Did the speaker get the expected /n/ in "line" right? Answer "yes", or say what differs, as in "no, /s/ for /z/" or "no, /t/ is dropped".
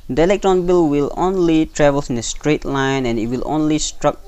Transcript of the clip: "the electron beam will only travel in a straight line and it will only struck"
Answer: yes